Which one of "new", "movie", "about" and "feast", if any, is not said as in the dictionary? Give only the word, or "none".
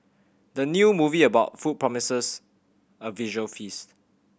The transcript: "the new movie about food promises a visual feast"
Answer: none